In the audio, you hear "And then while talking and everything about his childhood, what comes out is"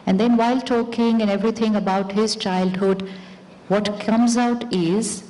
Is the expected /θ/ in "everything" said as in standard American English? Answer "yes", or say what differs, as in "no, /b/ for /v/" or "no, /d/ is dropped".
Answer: no, /t/ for /θ/